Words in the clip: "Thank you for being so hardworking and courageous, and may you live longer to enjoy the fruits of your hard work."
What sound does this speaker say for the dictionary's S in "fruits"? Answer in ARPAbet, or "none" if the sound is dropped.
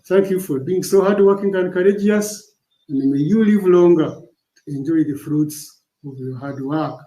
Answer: S